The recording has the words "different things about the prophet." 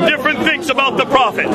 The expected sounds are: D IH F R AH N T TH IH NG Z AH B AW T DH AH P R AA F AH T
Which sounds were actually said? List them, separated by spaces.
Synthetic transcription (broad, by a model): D IH F R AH N TH IH NG S AH B AW T DH AH P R AA F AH T